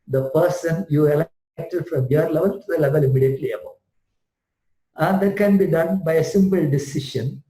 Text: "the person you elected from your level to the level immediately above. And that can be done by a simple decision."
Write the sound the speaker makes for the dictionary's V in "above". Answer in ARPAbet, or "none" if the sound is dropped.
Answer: none